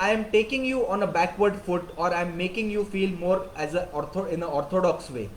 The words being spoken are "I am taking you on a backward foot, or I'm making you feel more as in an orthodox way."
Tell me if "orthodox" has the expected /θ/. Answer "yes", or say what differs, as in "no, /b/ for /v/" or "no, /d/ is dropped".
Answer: no, /t/ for /θ/